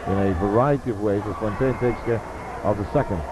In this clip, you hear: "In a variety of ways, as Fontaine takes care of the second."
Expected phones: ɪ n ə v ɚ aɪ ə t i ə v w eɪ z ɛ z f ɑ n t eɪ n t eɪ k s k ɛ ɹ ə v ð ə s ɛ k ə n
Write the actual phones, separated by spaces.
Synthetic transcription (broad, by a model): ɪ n ə v ɚ aɪ ə t i ə v w eɪ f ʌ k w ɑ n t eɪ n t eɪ s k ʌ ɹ ə v ð ə s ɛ k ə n